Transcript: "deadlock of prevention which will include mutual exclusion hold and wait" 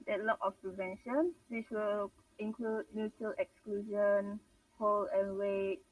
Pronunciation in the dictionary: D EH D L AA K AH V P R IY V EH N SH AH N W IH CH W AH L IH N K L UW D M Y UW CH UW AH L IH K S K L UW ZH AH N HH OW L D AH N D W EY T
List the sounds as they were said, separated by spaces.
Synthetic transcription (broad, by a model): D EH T L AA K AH F P R IY V EH N SH AH N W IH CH W AH L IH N K L UW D M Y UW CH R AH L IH K S K L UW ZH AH N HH OW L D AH N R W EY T